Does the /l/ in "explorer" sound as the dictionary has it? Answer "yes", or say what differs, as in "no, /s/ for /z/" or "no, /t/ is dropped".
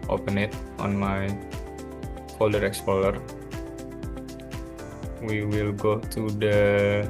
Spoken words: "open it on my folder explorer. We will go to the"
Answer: no, /l/ is dropped